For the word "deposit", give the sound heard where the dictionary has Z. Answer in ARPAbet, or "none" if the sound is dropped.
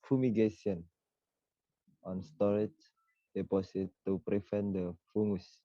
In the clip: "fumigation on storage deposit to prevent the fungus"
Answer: S